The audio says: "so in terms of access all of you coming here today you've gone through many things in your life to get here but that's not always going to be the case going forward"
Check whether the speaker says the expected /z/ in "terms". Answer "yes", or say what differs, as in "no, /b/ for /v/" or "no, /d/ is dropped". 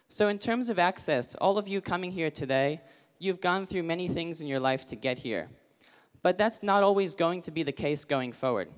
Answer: yes